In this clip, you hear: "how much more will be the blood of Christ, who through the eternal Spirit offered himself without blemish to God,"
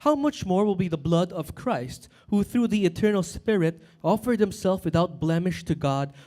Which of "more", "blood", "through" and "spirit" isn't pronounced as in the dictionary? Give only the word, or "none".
none